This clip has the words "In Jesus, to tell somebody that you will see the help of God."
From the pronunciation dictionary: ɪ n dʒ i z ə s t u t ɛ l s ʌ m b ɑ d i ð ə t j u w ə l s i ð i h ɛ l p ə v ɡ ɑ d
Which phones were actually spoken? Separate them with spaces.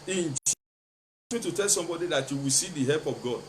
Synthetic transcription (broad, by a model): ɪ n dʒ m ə t u t ɛ l s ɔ m b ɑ d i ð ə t j u w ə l s i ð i h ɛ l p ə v ɡ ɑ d